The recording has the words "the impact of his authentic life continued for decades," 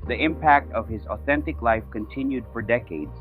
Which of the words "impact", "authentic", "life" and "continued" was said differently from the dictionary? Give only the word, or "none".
none